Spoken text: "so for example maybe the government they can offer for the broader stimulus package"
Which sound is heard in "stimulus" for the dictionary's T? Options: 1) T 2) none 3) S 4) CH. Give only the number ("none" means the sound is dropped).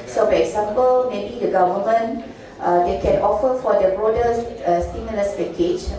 3